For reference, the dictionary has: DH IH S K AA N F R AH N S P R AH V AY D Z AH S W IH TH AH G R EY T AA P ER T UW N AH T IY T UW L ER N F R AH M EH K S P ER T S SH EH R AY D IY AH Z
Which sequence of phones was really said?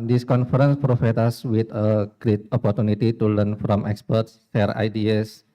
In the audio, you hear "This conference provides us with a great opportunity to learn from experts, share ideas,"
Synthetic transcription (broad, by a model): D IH S K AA N F R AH N S P R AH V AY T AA S W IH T AH G R EY T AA P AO T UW N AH T IY T UW L ER N F R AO M EH K S P ER T S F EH R AY D IY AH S